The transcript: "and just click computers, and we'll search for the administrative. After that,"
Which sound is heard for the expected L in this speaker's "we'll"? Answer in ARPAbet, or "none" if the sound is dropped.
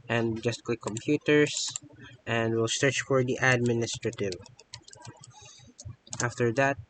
L